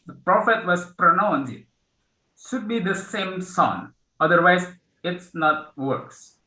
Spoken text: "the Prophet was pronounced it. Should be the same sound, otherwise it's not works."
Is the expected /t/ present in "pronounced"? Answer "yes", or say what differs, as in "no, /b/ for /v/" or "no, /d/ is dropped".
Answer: no, /t/ is dropped